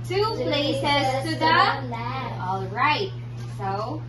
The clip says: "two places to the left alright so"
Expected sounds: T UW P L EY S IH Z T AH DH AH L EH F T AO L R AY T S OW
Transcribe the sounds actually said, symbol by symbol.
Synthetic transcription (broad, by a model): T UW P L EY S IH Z S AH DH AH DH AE T AO L R AY T S OW